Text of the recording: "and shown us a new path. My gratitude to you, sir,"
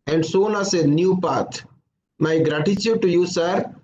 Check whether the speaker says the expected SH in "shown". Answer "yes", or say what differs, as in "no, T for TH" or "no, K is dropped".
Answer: no, S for SH